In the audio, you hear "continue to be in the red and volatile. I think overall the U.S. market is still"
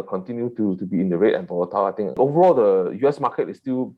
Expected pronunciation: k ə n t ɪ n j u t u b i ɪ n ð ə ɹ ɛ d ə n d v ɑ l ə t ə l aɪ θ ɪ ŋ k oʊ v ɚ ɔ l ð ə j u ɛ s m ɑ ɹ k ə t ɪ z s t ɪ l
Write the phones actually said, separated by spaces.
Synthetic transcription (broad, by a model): k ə n t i n j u t u b i ɪ n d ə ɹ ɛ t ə n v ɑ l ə t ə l aɪ t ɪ ŋ oʊ v ɚ ɔ l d ə j u ɛ s m ɑ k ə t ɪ s t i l